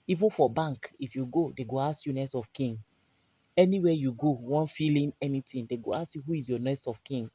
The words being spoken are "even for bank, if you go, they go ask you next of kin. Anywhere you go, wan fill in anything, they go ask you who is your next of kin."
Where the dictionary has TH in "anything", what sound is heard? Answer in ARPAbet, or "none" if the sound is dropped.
T